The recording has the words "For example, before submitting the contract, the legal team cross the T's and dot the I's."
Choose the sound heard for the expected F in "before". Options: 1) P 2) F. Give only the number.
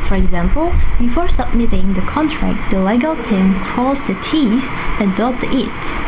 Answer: 2